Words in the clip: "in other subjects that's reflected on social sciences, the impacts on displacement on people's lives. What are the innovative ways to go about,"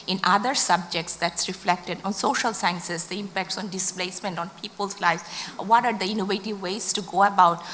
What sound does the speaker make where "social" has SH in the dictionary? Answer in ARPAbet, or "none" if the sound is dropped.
SH